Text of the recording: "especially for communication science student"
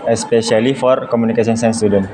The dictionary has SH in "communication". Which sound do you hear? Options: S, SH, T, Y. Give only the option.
S